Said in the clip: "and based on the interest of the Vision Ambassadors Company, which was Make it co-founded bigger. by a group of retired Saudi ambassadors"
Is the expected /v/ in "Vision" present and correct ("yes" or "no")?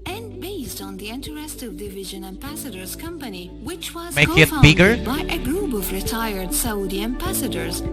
yes